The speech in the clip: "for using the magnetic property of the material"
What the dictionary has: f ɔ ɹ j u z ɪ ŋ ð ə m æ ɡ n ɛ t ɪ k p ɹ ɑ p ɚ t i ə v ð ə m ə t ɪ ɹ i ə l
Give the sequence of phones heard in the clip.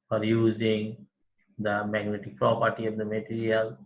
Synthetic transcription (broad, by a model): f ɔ ɹ j u z ɪ ŋ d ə m æ ɡ n ɛ t ɪ k p ɹ ɑ p ɚ t i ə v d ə m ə t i ɹ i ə l